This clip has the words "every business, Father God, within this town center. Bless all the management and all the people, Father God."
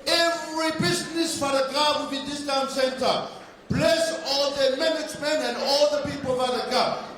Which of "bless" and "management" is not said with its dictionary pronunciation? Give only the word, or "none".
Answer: management